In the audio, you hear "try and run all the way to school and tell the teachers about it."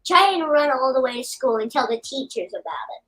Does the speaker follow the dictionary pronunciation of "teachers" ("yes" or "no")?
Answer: yes